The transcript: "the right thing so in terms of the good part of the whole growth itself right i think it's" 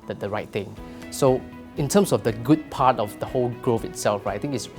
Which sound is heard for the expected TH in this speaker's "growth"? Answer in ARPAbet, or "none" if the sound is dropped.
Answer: F